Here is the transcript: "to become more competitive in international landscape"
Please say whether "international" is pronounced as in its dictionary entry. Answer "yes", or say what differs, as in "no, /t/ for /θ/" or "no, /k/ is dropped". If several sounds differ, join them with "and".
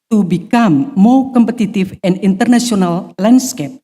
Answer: no, /s/ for /ʃ/